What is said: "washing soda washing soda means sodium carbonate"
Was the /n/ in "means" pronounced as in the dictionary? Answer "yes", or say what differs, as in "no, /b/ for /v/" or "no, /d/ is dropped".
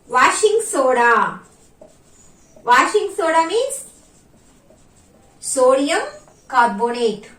no, /n/ is dropped